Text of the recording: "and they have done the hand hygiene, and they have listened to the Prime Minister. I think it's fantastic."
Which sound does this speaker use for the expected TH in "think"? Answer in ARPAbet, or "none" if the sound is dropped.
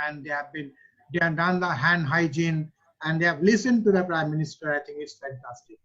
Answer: T